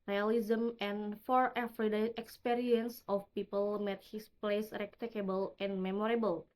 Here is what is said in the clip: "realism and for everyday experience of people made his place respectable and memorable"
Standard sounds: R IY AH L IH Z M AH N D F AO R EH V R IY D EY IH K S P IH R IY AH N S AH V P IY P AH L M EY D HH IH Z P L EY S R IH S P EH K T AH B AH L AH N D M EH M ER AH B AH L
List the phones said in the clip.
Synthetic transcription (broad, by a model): R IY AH L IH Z M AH N F AO R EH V R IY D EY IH K S P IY R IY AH N S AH F P IY P AH L M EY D HH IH S P L EY S R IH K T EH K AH B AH L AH N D M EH M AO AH B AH L